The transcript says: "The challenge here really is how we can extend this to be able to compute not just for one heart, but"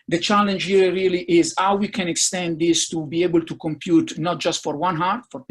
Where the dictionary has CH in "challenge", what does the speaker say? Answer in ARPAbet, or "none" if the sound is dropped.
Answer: CH